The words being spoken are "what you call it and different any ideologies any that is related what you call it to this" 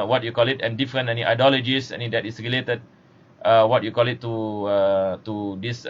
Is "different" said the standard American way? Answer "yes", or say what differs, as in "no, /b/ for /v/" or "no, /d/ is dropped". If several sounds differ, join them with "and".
no, /t/ is dropped